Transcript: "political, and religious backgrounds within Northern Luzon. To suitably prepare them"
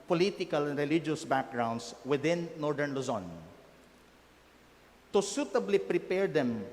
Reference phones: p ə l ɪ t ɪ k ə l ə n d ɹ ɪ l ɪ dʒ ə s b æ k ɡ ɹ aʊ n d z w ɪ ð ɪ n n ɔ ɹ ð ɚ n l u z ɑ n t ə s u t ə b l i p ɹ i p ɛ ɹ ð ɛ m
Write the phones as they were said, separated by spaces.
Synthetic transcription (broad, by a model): p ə l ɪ t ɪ k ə l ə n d ɹ ɪ l ɪ dʒ ə s b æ k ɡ ɹ aʊ n d s w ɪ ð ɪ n n ɔ ɹ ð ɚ n l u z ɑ n t ə s u t ə b l i p ɹ i p ɛ ɹ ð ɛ m